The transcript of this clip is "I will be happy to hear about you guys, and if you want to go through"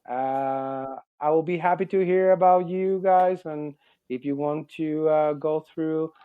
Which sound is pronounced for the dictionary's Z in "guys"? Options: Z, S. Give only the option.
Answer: Z